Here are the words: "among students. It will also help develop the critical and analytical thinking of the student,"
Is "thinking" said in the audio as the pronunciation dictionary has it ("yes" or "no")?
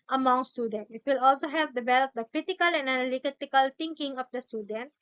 no